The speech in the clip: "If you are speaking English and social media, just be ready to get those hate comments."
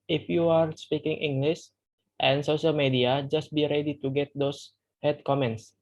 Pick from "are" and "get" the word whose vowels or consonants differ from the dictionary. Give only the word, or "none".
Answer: none